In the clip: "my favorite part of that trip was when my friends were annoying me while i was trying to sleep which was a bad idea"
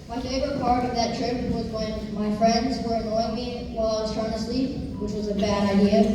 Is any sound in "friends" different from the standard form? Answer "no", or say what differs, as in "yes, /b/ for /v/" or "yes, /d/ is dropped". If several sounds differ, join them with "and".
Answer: no